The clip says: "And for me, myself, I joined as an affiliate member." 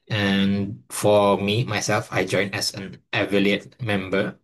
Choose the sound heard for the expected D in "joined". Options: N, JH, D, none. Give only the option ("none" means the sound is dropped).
none